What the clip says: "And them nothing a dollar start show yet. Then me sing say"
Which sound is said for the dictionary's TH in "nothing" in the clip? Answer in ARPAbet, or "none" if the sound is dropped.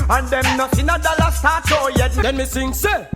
S